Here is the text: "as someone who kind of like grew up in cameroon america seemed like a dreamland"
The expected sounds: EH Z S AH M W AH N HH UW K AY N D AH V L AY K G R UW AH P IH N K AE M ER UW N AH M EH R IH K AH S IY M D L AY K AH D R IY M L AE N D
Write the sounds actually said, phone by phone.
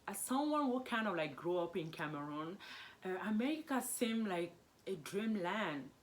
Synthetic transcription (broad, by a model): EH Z S AH M W AH N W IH K AY N D AH V L AY K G R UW AH P IH N K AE M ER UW N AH M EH IH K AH S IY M L AY K AH D R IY M L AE N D